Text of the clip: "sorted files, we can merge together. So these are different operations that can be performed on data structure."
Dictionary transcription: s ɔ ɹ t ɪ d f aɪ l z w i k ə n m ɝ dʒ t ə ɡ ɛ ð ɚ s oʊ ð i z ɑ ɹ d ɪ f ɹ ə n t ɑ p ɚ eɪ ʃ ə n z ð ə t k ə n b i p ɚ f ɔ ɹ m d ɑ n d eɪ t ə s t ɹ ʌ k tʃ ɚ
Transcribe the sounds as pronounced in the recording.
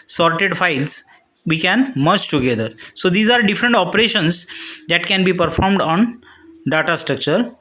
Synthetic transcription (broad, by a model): s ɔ ɹ t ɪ d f aɪ l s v i k ə n m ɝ tʃ t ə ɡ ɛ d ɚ s oʊ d i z ɑ ɹ d ɪ f ɹ ə n t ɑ p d eɪ ʃ ə n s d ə t k ə n b i p ɚ f ɔ ɹ m d ɑ n d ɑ t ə s t ɹ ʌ k tʃ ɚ